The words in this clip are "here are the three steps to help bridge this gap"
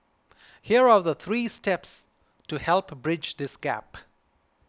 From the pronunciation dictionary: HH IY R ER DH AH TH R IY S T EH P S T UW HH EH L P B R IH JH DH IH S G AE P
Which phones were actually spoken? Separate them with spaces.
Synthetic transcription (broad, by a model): HH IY R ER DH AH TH R IY S T EH P S T UW HH EH L P B R IH JH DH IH S G AE P